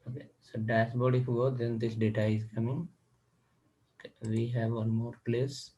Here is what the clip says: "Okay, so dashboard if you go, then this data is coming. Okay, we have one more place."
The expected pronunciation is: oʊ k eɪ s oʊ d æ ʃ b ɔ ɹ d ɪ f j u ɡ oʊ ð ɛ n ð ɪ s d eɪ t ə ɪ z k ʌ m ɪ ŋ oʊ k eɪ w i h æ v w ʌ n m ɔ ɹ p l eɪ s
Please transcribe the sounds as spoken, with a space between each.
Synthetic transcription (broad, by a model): oʊ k eɪ s oʊ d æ s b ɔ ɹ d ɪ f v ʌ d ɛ n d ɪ s d eɪ t ə ɪ z k ʌ m ɪ ŋ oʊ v i h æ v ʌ n m ɔ ɹ p l eɪ s